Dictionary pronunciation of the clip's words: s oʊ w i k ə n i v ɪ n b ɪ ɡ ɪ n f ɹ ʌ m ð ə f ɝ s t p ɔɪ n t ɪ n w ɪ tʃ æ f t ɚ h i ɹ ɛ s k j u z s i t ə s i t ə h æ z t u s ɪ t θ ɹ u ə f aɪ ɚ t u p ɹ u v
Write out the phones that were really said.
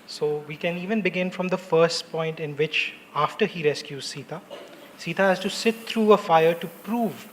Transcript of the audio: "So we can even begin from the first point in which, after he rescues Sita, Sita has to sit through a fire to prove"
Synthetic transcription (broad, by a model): s oʊ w i k ə n i v ɪ n b ɪ ɡ ɪ n f ɹ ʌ m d ə f ɝ s t p ɔɪ n t ɪ n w ɪ tʃ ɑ f t ɚ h i ɹ ɛ s k j u z s i t ə s i t ə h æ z t u s ɪ t t ɹ u ə f aɪ ɚ t u p ɹ u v